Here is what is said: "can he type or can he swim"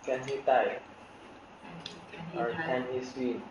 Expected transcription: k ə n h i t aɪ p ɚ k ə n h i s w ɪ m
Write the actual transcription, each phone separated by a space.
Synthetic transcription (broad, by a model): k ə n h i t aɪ ɚ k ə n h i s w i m